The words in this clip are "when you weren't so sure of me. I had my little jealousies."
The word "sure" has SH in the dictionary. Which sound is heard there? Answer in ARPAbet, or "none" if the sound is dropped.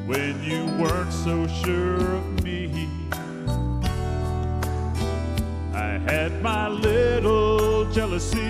SH